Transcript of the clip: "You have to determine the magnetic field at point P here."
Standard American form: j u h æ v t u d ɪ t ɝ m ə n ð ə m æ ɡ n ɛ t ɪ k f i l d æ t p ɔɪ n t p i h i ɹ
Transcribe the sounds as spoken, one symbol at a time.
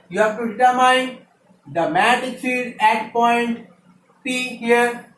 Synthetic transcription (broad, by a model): j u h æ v t u d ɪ t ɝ m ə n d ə m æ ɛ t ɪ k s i d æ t p ɔɪ n t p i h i ɹ